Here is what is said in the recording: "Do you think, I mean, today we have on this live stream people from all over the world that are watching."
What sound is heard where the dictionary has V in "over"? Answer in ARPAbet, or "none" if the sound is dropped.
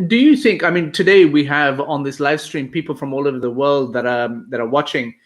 V